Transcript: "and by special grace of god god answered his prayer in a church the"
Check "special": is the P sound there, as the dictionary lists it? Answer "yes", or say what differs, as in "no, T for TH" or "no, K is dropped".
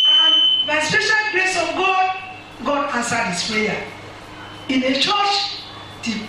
yes